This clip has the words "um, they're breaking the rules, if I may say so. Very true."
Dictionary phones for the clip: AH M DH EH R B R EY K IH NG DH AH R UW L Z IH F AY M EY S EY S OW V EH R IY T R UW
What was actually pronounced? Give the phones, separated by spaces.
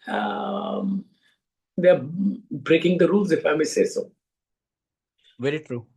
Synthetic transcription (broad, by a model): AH M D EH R B R EY K IH NG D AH R UW L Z IH F AY M EY S EY S OW V EH R IY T R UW